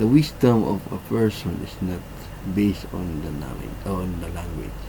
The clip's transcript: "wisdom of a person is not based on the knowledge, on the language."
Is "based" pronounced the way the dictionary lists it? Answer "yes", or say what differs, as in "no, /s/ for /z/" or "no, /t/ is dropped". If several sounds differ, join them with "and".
yes